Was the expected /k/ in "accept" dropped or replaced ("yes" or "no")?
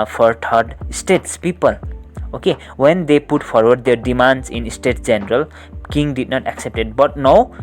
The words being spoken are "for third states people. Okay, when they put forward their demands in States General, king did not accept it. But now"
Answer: no